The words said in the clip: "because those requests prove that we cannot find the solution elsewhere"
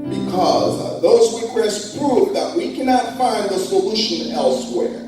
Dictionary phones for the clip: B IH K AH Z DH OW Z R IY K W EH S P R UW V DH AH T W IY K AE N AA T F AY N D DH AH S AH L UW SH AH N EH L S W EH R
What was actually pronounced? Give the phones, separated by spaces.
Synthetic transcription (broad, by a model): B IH K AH Z DH OW Z W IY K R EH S P R UW V DH AH T W IY K AE N AA T F AY N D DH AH S AH L UW SH AH N EH L S W EH R